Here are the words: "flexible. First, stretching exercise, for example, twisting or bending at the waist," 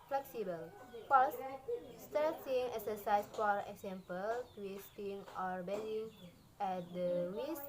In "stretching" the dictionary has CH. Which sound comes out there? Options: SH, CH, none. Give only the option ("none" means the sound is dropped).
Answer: none